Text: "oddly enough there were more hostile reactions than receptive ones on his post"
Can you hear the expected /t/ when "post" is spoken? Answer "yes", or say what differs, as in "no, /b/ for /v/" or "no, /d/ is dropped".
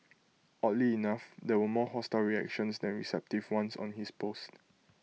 yes